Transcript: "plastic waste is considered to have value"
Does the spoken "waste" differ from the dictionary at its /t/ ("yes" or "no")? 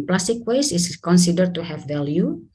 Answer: yes